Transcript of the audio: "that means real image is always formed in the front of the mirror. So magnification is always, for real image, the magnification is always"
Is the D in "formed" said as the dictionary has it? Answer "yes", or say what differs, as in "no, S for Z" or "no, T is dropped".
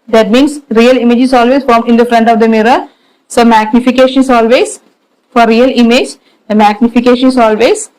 no, D is dropped